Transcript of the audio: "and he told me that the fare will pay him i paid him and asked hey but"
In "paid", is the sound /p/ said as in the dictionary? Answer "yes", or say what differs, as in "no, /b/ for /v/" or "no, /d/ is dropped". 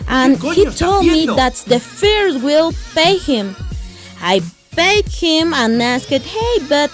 no, /b/ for /p/